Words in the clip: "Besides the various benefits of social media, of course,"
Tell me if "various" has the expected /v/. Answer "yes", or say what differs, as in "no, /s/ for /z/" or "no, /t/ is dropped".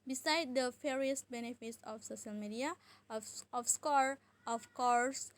no, /f/ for /v/